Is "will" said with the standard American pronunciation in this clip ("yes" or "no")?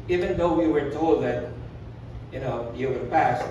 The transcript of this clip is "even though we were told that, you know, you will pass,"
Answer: no